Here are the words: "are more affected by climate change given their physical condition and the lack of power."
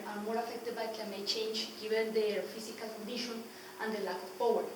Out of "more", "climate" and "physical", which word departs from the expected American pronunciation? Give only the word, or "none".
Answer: physical